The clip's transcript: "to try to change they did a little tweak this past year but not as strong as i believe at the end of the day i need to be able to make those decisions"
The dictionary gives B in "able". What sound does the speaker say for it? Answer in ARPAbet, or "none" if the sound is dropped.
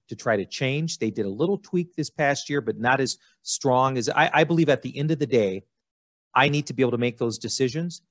none